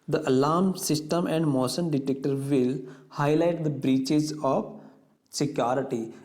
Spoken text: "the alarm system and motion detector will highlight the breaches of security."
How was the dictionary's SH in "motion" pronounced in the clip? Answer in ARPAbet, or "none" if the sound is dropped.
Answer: S